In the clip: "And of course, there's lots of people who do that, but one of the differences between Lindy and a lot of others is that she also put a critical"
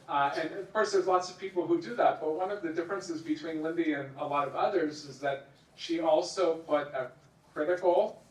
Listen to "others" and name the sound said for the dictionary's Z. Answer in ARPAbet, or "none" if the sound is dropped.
Z